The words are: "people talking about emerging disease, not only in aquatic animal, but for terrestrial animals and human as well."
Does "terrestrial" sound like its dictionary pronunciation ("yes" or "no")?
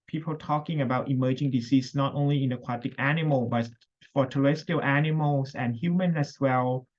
no